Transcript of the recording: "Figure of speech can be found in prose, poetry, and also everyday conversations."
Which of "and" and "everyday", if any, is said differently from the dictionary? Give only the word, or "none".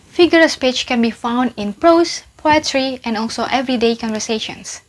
none